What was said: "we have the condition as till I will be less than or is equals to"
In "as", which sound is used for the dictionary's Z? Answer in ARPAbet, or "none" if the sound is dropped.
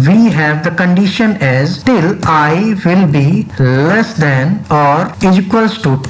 Z